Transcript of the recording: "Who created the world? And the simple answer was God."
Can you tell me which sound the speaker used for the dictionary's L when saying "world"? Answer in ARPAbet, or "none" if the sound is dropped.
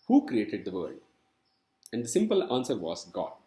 none